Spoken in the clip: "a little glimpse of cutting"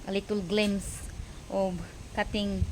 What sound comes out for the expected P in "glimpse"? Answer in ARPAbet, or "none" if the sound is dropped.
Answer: none